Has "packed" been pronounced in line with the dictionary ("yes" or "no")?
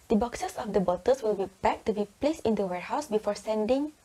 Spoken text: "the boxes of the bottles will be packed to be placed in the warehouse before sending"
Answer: no